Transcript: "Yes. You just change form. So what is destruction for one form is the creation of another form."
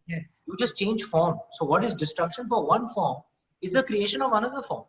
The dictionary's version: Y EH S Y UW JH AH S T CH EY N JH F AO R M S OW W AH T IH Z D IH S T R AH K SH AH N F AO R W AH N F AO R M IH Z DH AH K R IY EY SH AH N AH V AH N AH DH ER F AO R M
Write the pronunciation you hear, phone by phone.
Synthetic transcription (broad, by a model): Y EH S Y UW JH AH S T CH EY N JH F AO R M S OW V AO T IH Z D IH S T R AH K SH AH N F AO R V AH N F AO R M IH Z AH K R IY EY SH AH N AH V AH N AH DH ER F AO R M